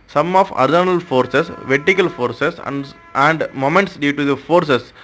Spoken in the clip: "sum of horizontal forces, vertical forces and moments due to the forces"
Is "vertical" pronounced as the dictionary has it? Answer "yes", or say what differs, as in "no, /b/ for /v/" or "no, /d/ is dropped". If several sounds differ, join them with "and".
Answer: yes